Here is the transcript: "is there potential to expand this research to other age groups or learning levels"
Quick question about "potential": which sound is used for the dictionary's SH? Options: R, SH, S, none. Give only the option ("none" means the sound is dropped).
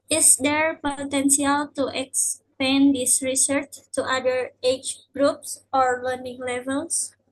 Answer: S